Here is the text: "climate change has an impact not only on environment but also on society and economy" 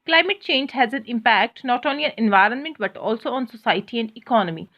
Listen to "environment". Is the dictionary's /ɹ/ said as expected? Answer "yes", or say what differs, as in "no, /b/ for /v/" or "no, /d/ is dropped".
yes